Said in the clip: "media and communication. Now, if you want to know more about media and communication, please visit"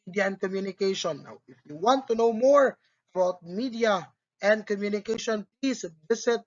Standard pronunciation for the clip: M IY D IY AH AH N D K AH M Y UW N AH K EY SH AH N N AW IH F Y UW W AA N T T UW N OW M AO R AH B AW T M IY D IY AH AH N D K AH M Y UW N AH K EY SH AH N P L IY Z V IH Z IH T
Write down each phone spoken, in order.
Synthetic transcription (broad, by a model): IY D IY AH AH N D K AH M Y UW N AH K EY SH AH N N AW IH F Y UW W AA N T T UW N OW M AO R AH B AW T M IY D IY AH AH N D K AH M Y UW N AH K EY SH AH N P L IY S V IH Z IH T